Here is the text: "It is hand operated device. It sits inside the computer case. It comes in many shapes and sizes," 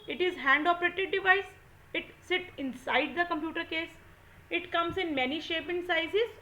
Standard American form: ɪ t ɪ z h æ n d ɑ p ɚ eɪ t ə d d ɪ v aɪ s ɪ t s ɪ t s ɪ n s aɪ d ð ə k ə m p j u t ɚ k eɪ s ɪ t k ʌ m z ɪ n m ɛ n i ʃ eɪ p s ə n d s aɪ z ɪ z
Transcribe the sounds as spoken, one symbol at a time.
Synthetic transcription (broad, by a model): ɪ t ɪ z h æ n d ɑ p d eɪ t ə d d ɪ v aɪ s ɪ t s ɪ t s ɪ n s aɪ d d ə k ə m p j u t ɚ k eɪ s ɪ t k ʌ m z ɪ n m ɛ n i ʃ eɪ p ə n s aɪ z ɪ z